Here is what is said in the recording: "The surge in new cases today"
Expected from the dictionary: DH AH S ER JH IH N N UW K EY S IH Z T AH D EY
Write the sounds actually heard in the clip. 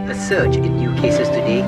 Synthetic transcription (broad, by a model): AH S ER CH IH N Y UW K EY S IH Z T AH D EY